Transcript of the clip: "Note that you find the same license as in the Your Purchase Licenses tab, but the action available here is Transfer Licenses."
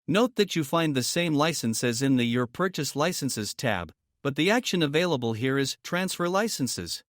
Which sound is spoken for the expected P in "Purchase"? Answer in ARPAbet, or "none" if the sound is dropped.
P